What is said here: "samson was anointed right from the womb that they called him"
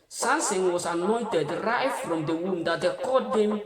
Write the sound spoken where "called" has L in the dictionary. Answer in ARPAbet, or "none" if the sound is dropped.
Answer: none